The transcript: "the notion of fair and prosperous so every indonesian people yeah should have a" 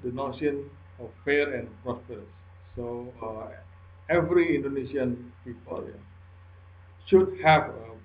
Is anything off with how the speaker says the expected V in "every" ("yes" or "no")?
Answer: no